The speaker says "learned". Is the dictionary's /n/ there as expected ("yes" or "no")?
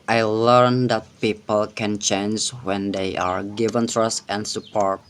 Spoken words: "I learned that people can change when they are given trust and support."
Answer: yes